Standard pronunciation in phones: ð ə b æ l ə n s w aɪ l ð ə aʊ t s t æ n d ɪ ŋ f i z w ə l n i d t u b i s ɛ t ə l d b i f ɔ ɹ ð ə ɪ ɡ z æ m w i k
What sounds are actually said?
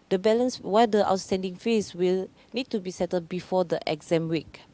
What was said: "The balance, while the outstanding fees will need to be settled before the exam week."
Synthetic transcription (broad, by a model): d ə b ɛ l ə n s w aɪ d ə aʊ t s t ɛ n d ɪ ŋ f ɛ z w ə l n i d t u b i s ɛ t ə d b i f ɔ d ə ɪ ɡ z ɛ m w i k